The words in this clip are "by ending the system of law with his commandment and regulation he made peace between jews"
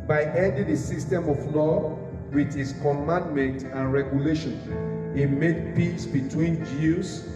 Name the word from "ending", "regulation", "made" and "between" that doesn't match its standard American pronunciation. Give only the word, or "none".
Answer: ending